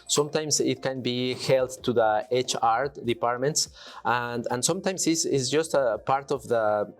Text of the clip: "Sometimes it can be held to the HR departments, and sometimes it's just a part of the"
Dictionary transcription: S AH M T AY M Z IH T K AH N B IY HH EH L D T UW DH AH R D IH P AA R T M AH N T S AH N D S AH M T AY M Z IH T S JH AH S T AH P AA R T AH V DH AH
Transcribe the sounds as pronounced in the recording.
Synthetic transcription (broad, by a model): S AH M T AY M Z IH T K AH N B IY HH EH L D T UW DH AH R D IH P AA R T M AH N T S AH N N S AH M T AY M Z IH S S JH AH S T AH P AA R T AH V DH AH